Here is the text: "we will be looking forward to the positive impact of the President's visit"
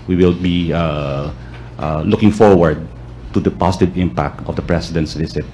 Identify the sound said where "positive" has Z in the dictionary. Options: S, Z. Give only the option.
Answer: S